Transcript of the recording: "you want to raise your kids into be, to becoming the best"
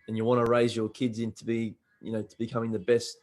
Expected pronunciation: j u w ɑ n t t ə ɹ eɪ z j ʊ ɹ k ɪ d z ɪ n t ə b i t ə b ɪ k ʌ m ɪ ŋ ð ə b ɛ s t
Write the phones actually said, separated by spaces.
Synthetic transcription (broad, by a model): j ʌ w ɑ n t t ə ɹ eɪ z j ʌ ɹ k ɪ d z ɪ n t ə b i t ə b ɪ k ʌ m ɪ ŋ ð ə b ɛ s t